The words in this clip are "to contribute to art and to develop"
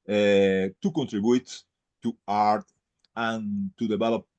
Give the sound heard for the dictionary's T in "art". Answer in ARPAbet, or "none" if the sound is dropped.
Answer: T